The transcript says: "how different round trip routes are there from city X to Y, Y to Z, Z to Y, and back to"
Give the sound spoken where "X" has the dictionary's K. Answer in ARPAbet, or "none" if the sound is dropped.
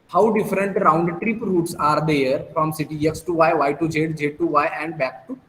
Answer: K